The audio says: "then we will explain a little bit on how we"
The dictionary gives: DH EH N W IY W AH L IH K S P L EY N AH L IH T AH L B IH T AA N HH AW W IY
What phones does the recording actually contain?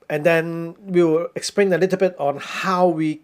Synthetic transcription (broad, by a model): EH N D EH W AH W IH K S P L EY N AH L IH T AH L B IH T AA N HH AW W IY